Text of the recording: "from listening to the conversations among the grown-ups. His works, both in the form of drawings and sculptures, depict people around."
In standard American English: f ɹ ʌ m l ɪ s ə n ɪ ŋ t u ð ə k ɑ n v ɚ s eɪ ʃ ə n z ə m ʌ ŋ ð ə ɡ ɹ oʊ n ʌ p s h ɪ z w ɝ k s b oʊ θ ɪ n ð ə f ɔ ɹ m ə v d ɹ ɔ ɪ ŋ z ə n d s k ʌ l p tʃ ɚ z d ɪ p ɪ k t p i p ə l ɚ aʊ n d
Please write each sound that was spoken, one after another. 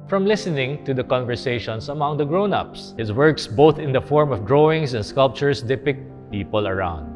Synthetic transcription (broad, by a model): f ɹ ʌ m l ɪ s ə n ɪ ŋ t u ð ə k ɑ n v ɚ s eɪ ʃ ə n s ə m ʌ ŋ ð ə ɡ ɹ oʊ n ʌ p s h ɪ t w ɝ k s b oʊ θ ɪ n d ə f ɔ ɹ m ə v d ɹ ɔ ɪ ŋ s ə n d s k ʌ l p tʃ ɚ s d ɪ p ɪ k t p i p ə l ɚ aʊ n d